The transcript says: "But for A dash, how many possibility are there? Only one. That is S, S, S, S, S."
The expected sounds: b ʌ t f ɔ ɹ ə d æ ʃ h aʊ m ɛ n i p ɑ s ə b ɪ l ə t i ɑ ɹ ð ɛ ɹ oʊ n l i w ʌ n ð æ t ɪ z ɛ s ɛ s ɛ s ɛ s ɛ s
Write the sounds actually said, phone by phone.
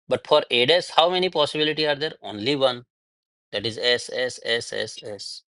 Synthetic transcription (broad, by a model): b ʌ t f ɔ ɹ ə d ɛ s h aʊ m ɛ n i p ɑ s ə b ɪ l ə t i ɑ ɹ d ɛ ɹ oʊ n l i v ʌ n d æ t ɪ z ɛ s ɛ s ɛ s ɛ s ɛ s